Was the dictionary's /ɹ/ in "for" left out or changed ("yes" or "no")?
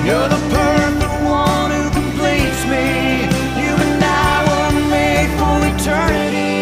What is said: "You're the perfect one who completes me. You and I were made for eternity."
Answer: yes